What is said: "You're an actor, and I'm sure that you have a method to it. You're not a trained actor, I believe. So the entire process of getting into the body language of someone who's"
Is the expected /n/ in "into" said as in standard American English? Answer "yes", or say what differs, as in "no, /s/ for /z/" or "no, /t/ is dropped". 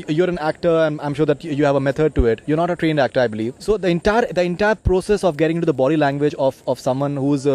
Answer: no, /n/ is dropped